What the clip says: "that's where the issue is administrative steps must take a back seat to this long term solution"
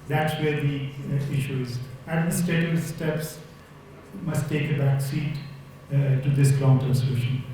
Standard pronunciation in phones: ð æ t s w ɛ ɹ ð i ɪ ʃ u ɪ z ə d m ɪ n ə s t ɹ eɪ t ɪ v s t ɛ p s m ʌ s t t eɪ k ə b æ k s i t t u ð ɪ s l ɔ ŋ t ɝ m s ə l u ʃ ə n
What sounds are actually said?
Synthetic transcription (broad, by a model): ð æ t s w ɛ ɹ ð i ɪ ʃ u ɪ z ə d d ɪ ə s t eɪ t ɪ s t ɛ p s m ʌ s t t eɪ k ə b æ k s i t t u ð ɪ s l ɔ ŋ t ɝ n s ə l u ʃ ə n